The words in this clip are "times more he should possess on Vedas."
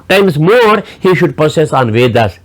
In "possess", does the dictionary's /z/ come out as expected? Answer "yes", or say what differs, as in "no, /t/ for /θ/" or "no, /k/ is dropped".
no, /s/ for /z/